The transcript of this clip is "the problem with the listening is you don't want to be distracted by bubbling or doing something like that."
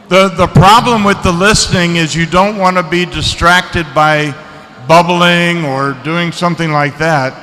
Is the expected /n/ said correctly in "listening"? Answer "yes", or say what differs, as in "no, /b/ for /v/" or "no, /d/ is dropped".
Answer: yes